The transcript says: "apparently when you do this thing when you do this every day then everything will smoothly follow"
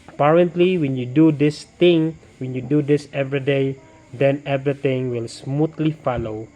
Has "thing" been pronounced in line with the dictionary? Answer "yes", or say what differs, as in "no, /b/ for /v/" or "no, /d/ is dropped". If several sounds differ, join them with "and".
no, /t/ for /θ/